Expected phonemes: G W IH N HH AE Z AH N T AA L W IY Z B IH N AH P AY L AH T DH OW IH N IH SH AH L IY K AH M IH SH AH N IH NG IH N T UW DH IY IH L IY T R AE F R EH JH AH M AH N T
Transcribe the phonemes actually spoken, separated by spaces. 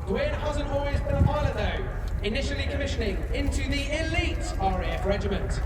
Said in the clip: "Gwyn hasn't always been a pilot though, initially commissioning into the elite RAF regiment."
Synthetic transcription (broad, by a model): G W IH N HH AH Z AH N AA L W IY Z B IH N AH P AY L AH DH OW IH N IH SH AH L IY K AH M IH SH AH N IH NG IH N T UW DH IY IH L IY T R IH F R EH JH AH M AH N T